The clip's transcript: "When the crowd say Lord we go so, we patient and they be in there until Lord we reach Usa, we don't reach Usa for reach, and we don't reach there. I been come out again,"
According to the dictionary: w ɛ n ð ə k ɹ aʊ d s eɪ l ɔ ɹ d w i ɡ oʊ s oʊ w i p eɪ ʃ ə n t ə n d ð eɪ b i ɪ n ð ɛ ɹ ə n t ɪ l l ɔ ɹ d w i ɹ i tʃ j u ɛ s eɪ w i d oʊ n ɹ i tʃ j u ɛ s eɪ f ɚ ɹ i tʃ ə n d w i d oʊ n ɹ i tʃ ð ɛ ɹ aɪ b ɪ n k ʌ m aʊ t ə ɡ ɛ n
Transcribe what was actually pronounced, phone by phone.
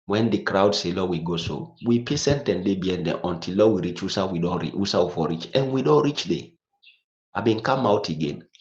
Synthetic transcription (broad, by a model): w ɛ n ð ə k ɹ aʊ d s eɪ l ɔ w i ɡ oʊ s oʊ w i p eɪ s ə n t ə n d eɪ b i ɪ n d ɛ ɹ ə n t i l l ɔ w i ɹ i tʃ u s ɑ w i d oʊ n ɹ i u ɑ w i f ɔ ɹ i tʃ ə n w i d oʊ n ɹ i tʃ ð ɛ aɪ b ɪ n k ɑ m aʊ t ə ɡ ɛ n